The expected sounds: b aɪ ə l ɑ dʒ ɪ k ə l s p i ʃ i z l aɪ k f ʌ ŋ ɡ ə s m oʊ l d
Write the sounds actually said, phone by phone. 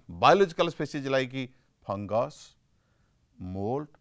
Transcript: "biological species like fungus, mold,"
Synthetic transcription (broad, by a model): b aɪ l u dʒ k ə l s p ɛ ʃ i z l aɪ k p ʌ ŋ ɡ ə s m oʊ l